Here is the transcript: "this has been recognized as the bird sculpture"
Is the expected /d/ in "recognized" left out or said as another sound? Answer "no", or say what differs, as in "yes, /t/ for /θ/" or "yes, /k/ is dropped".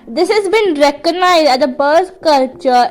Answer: no